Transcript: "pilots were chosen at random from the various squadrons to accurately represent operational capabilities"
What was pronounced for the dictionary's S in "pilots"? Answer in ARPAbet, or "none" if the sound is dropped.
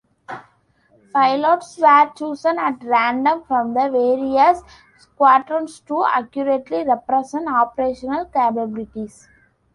S